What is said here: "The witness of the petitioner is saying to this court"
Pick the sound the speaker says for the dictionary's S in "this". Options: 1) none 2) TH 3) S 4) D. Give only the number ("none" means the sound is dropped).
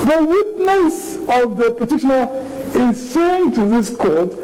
3